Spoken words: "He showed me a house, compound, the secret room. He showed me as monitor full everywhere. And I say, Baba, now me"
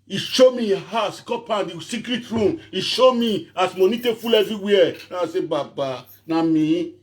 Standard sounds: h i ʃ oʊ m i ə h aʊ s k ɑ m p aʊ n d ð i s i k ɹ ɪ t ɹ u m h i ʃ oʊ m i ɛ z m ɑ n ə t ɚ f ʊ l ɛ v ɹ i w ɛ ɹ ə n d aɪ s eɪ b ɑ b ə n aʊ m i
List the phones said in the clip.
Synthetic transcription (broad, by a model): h i ʃ oʊ m i ə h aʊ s k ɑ p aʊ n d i s i k ɹ ɪ t ɹ u m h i ʃ oʊ m i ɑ s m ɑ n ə t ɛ f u l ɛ v ɹ i w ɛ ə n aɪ s eɪ b ɑ b ə n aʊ m i